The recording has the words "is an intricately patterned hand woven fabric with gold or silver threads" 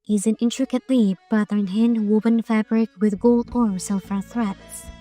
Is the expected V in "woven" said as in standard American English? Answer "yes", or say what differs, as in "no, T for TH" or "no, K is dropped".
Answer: no, B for V